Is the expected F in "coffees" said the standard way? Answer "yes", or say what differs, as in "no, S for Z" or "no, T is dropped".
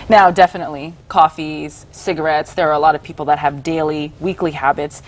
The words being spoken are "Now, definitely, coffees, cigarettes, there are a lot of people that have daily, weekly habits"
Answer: yes